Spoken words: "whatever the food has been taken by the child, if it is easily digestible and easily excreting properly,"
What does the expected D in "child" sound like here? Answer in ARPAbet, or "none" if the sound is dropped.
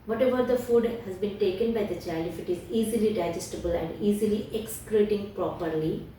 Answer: none